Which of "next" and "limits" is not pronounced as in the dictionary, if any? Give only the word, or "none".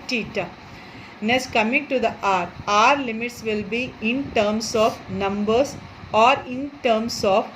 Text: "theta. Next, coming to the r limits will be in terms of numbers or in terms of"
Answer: next